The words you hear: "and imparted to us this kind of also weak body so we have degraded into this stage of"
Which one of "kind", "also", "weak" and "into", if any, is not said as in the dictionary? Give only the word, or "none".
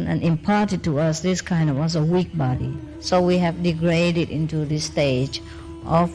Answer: also